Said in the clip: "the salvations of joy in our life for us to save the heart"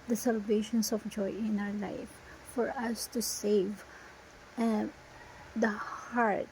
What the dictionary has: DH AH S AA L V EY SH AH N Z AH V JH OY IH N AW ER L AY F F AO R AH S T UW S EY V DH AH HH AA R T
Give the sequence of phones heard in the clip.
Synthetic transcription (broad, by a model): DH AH S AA L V EY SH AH N S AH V JH OY IH N AW ER L AY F F AO R AH S T UW S EY V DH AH HH AA R T